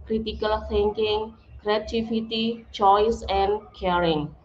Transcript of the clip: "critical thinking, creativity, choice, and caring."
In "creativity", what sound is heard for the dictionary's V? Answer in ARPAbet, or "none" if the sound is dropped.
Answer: F